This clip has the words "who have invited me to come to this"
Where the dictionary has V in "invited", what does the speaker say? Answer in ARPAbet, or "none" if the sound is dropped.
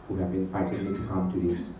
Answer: F